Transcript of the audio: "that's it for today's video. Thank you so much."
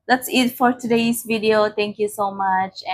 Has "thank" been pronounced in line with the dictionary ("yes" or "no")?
no